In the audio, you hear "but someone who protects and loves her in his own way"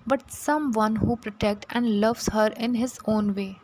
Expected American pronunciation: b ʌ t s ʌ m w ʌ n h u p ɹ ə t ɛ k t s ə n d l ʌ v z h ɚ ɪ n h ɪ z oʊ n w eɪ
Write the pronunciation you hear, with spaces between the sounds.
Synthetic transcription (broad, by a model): b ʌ t s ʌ m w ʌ n h u p ɹ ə t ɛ k t ə n d l ʌ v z h ɚ ɪ n h ɪ z oʊ n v eɪ